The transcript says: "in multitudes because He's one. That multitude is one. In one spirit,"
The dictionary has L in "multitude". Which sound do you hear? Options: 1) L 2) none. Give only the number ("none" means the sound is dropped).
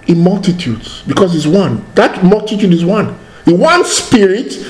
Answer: 1